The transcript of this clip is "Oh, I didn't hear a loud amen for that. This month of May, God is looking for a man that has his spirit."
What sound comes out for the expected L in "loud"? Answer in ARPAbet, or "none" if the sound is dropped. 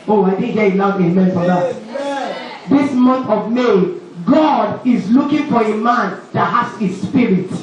N